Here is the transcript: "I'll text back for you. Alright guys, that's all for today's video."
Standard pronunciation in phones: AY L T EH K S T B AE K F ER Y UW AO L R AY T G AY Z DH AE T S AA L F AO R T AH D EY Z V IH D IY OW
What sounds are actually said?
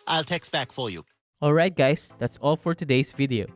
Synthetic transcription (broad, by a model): AY L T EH K S B AE K F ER Y UW AO L R AY T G AY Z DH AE T S AA L F AO R T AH D EY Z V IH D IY OW